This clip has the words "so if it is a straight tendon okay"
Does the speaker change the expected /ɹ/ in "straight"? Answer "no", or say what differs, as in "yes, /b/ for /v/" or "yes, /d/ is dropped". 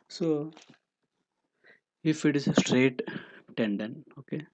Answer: no